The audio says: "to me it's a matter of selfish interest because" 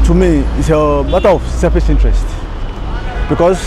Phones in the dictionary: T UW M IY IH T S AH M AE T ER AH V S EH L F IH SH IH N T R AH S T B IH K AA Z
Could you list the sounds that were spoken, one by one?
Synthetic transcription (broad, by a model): T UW M IY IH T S AH M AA T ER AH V S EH F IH S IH N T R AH S T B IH K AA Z